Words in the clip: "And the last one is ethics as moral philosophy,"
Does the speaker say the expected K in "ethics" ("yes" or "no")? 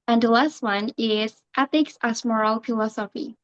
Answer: yes